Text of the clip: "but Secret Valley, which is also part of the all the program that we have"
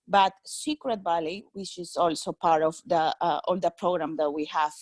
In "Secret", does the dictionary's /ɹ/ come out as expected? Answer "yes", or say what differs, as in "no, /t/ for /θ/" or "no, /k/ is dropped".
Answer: yes